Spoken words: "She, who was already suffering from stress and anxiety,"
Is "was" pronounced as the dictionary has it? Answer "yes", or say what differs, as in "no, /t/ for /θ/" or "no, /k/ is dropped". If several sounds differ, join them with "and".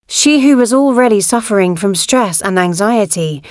yes